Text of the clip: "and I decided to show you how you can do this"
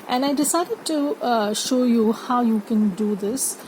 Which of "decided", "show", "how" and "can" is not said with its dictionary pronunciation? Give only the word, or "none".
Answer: none